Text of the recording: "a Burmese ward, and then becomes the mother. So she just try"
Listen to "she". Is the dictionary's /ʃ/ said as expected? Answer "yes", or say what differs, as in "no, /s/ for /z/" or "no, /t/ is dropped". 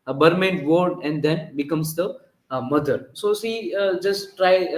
no, /s/ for /ʃ/